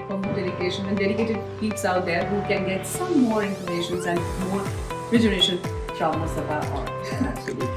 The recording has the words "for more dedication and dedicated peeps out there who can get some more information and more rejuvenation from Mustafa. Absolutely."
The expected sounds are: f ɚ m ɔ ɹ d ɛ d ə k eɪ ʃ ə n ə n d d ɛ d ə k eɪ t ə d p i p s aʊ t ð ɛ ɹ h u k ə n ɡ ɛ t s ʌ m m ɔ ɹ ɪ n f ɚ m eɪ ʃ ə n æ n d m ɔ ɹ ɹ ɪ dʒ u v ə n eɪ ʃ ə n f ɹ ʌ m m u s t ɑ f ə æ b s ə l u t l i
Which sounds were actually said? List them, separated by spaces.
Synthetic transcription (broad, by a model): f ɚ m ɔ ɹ d ɛ d ə k eɪ ʃ ə n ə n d d ɛ d ə k eɪ t ə d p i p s aʊ t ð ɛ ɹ h u k ə n ɡ ɛ t s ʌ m m ɔ ɹ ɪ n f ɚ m eɪ ʃ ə n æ n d m ɔ ɹ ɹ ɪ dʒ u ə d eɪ ʃ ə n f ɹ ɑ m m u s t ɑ ə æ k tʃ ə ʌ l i